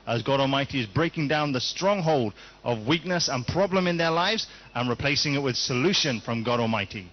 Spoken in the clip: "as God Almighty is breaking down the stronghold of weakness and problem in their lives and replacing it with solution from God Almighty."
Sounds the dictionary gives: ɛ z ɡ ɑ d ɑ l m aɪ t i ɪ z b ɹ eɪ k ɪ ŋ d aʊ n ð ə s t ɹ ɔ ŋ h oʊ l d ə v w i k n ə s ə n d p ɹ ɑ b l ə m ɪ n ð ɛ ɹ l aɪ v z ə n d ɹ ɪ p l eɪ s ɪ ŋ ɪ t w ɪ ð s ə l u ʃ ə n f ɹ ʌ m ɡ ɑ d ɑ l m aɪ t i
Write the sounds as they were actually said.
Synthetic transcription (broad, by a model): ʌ z ɡ ɑ d ɑ l m aɪ t i ɪ z b ɹ eɪ k ɪ ŋ d aʊ n ð ə s t ɹ ɔ ŋ h oʊ l d ə v w i k n ə s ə n p ɹ ɑ b l ə m ɪ n ð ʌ ɹ l aɪ v z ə n ɹ ɪ p l eɪ s ɪ ŋ ɪ t w ɪ ð s ə l u ʃ ə n f ɹ ʌ m ɡ ɑ d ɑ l m aɪ t i